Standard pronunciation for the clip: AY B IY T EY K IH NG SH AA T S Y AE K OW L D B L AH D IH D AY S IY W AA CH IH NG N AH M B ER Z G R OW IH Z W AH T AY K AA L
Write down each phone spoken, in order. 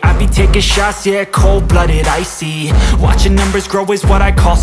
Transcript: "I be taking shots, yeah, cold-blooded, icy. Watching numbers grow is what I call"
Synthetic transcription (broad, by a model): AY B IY T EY K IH SH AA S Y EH K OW L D B L AH D IH D AY S IY W AA CH IH NG N AH M B ER Z G R OW IH Z W AH T AY K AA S